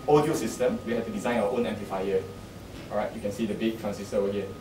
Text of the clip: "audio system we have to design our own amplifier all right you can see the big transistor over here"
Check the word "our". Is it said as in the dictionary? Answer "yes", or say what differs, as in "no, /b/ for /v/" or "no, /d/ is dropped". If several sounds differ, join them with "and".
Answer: no, /w/ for /ɹ/